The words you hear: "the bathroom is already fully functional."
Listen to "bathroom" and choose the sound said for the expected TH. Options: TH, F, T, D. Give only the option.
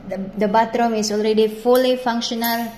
T